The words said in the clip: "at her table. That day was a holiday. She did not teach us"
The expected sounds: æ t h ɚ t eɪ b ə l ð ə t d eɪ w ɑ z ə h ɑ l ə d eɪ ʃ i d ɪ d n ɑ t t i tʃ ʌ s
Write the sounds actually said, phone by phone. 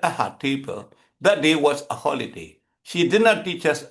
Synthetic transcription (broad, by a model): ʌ h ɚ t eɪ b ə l ð ə t d eɪ w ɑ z ə h ɑ l ə d eɪ ʃ i d ɪ d n ɑ t t i tʃ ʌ s